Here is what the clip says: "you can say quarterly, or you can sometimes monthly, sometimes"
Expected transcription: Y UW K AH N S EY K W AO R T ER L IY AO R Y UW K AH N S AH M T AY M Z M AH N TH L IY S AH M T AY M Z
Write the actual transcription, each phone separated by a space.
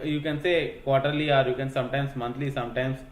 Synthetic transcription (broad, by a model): Y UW K AH N S EY K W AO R T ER L IY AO R Y UW K AH N S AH M T AY M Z M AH N T L IY S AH M T AY M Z